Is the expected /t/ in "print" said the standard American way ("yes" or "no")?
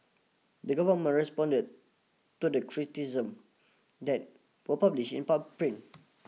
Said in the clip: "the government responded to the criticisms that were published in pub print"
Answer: no